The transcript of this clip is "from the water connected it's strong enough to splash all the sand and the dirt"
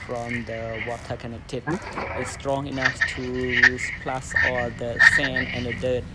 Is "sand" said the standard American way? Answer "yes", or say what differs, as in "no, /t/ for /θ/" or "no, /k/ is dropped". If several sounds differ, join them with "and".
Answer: no, /d/ is dropped